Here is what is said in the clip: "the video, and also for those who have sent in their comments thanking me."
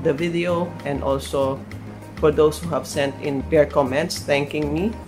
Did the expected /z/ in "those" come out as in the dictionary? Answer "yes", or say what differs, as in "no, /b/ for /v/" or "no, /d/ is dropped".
no, /s/ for /z/